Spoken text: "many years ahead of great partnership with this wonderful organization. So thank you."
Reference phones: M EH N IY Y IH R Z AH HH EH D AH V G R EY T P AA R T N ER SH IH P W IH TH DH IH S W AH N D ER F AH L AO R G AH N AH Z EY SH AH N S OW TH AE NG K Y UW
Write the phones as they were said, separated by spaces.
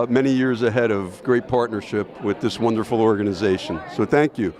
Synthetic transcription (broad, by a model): M EH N IY Y IH R Z AH HH EH D AH V G R EY T P AA R T N ER SH IH P W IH DH IH S W AH N D ER F L AO R G AH N AH Z EY SH AH N S OW TH AE NG K Y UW